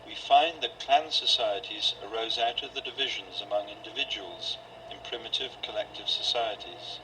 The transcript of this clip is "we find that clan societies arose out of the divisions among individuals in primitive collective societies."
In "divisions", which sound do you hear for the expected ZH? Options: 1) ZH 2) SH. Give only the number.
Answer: 1